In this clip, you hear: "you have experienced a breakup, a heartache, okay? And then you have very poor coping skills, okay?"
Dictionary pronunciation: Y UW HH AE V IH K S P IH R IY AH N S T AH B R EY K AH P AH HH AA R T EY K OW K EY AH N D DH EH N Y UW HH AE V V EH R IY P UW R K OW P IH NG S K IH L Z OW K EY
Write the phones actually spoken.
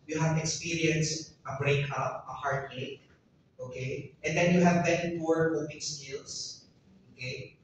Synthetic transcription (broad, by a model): Y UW HH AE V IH K S P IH R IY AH N S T AH B R EY K AH P AH HH AA R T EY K OW K EY AH N D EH N Y UW HH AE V B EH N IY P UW R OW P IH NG S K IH L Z OW K EY